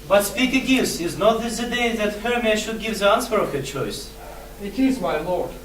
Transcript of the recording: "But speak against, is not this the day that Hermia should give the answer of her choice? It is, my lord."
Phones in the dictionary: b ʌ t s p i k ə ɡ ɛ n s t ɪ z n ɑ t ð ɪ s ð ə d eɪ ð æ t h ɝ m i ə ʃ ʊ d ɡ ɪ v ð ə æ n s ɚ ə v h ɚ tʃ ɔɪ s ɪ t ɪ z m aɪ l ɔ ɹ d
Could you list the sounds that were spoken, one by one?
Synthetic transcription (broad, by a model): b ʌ t s p i k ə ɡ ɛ s ɪ z n ɑ t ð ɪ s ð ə d eɪ ð æ t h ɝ m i ʃ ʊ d ɡ ɪ v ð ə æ n s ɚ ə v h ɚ tʃ ɔɪ s ɪ t ɪ z m aɪ l ɔ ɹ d